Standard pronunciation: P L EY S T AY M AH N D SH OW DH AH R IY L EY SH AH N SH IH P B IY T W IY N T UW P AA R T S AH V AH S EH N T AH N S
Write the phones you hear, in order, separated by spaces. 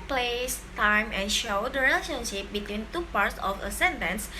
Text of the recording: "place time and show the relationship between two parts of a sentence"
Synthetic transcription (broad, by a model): P L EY S T AY M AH N SH OW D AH R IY L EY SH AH N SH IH P B IY T W IY N T UW P AA R T S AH F AH S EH N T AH N S